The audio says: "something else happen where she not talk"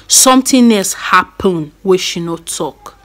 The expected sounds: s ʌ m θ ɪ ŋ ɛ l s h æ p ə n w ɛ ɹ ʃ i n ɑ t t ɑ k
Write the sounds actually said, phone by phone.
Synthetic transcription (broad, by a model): s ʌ m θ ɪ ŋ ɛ s h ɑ p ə n w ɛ ʃ i n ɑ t t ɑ k